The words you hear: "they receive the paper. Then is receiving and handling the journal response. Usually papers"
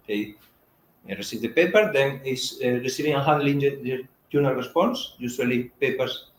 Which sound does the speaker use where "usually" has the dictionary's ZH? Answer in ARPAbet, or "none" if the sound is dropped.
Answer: S